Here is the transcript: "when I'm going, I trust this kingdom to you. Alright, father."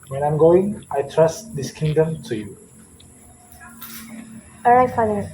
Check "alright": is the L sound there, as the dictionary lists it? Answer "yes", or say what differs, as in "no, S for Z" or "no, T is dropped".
no, L is dropped